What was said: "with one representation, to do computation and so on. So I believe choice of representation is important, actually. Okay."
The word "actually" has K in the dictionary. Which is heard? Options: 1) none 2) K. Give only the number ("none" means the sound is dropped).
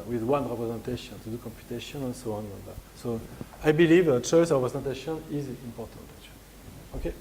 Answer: 1